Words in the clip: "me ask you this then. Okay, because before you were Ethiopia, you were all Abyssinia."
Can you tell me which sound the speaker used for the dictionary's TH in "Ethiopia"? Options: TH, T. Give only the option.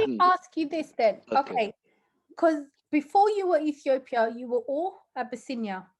TH